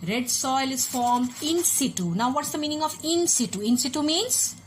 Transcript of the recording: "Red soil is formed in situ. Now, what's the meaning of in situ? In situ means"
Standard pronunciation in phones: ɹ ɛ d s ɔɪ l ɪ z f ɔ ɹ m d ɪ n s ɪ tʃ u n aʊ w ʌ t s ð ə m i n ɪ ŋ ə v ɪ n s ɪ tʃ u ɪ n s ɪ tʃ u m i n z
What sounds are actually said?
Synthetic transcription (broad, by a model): ɹ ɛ d s ɔɪ l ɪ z f ɔ ɹ m d ɪ n s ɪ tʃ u n aʊ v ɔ t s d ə m i n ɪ ŋ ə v ɪ n s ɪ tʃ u ɪ n s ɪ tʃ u m i n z